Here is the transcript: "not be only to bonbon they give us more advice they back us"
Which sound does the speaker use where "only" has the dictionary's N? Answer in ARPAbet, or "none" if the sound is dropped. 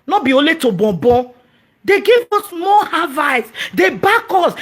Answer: none